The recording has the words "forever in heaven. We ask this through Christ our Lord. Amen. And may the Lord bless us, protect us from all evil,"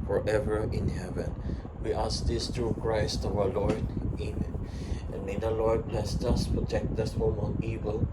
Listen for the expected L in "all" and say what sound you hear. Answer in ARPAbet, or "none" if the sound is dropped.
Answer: N